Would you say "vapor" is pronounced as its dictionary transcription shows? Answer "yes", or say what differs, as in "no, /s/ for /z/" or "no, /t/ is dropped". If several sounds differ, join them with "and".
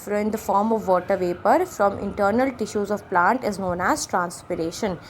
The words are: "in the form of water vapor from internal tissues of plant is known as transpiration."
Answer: yes